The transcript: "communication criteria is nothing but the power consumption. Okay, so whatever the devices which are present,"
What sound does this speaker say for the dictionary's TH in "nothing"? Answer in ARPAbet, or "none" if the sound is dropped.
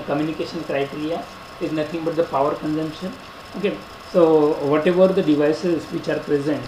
T